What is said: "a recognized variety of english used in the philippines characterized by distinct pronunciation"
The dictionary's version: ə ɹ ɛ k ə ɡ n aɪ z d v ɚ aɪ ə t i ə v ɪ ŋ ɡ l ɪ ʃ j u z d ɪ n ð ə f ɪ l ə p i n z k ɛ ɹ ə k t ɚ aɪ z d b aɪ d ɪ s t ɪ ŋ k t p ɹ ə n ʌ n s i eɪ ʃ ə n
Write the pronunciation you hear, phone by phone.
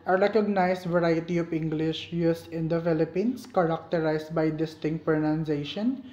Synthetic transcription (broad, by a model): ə ɹ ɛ k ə ɡ n aɪ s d v ɚ aɪ ə t i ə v ɪ ŋ ɡ l ɪ ʃ j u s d ɪ n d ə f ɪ l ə p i n s k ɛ ɹ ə k t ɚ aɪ s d b aɪ d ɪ s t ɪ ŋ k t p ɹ n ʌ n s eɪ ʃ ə n